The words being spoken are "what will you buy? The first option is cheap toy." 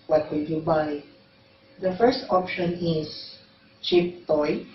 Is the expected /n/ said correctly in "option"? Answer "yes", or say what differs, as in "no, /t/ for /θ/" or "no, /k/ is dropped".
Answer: yes